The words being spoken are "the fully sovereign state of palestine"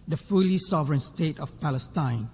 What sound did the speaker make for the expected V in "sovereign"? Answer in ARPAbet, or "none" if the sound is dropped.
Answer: V